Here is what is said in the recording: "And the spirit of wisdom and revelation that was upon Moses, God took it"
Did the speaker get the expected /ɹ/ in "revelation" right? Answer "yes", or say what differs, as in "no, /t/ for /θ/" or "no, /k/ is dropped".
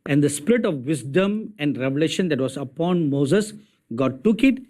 yes